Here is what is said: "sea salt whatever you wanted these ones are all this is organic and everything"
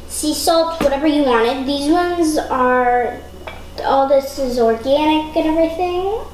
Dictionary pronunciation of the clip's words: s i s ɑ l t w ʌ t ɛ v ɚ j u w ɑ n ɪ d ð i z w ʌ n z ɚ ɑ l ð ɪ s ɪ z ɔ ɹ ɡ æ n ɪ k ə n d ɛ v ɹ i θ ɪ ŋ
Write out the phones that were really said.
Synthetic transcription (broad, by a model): s i s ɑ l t w ʌ t ɛ v ɚ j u w ɑ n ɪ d ð i z w ʌ n z ɚ ɑ l ð ɪ s ɪ z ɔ ɹ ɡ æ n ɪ k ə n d ɛ v ɹ i θ ɪ ŋ